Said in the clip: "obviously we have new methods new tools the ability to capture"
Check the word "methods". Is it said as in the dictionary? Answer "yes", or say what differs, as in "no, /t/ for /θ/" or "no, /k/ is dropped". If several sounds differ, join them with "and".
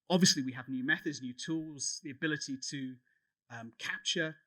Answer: yes